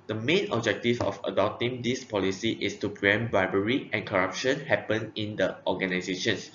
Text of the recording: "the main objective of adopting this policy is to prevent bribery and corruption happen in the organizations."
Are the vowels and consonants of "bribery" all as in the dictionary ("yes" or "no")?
no